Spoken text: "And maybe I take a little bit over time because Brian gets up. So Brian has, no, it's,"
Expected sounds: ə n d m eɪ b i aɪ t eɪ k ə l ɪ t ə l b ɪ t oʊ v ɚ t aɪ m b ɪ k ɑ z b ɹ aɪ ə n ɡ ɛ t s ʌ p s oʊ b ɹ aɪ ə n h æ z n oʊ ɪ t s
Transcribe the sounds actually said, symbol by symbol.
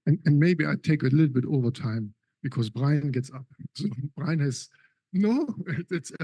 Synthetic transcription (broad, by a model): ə n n m eɪ b i aɪ t eɪ k ə l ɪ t l b ɪ t oʊ v ɚ t aɪ m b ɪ k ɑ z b ɹ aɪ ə n ɡ ɛ t s ʌ p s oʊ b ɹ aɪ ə n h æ s n oʊ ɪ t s